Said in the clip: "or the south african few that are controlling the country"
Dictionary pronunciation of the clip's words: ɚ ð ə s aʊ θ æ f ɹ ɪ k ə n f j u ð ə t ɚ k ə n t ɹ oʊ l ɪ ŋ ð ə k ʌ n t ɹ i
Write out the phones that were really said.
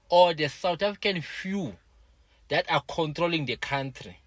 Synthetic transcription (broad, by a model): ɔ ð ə s aʊ t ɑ f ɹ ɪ k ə n f j u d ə t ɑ k ə n t ɹ oʊ l ɪ ŋ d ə k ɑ n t ɹ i